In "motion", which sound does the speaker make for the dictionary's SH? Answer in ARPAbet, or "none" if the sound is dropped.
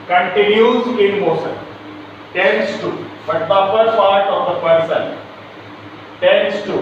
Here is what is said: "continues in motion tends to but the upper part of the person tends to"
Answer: S